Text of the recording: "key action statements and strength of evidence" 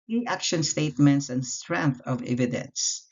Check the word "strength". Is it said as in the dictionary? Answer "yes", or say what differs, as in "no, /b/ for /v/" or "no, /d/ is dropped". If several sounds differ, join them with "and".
yes